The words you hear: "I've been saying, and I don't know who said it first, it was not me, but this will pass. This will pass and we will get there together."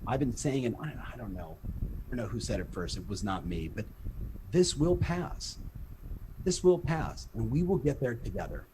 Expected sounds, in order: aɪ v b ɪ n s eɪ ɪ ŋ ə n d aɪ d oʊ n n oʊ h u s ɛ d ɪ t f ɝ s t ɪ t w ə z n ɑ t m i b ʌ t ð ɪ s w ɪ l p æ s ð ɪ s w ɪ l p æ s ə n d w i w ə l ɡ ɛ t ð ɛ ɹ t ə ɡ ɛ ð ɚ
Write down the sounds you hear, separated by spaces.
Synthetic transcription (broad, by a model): aɪ v b ɪ n s eɪ ɪ ŋ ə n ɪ aɪ d oʊ n n oʊ h u s ɛ d ɪ t f ɝ s t ɪ t w ə z n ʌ t m i b ʌ t ð ɪ s w ɪ l p æ s ð ɪ s w ɪ l p æ s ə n w i w ə l ɡ ɛ t ð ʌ ɹ t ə ɡ ɛ ð ɚ